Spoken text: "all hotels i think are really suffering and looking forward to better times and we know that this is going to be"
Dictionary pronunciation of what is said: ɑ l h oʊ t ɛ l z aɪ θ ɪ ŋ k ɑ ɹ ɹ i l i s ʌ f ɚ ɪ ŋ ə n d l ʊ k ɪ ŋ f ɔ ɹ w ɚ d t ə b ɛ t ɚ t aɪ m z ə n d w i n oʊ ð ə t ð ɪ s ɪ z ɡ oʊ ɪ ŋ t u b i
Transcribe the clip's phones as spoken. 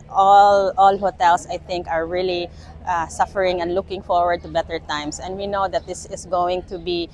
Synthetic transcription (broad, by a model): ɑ l h oʊ t ɛ l s aɪ θ ɪ ŋ k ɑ ɹ ɹ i l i s ʌ f ɚ ɪ ŋ ə n d l ʊ k ɪ ŋ f ɔ ɹ w ɚ d t ə b ɛ t ɚ t aɪ m s ə n d w i n oʊ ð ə t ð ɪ s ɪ s ɡ oʊ ɪ ŋ t u b i